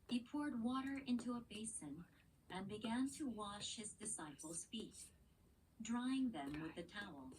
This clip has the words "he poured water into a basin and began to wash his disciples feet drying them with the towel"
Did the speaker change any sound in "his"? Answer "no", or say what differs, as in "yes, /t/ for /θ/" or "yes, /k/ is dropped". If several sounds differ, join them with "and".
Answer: no